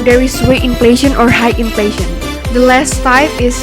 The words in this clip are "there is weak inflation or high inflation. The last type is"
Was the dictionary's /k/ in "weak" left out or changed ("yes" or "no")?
yes